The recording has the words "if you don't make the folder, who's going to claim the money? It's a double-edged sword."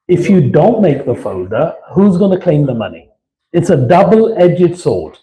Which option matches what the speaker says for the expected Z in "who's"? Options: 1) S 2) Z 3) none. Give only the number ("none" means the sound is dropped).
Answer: 2